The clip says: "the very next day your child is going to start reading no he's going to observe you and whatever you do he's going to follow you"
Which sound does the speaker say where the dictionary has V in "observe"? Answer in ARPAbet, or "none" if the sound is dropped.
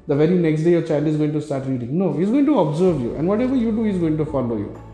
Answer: V